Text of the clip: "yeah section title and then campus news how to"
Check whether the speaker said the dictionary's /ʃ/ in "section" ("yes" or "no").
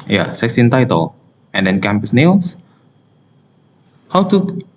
no